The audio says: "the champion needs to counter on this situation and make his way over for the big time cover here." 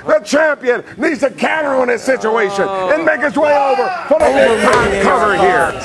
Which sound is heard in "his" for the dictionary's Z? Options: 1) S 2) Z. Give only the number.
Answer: 1